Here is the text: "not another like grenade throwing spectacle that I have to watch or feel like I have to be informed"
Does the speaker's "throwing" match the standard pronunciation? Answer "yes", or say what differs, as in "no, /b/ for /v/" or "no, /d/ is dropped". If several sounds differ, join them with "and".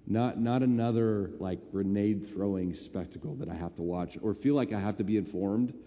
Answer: yes